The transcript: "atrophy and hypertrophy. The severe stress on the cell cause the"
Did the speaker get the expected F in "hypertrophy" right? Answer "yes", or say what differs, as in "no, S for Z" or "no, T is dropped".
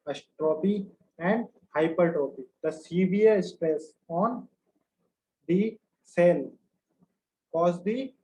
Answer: no, P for F